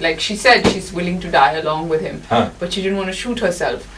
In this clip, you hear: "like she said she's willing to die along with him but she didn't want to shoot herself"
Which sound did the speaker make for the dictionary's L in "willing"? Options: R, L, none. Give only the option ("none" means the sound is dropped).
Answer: L